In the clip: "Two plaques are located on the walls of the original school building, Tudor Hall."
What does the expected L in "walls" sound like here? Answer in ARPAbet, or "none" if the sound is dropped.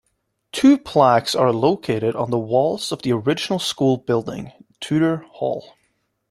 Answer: L